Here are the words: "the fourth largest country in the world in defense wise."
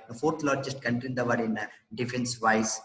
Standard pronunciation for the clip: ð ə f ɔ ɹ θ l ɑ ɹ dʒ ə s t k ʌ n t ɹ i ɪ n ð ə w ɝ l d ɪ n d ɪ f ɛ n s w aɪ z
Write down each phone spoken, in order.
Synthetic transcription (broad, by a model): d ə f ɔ ɹ t l ɑ ɹ dʒ ə s t k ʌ n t i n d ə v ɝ d ɪ n d ɪ f ɛ n s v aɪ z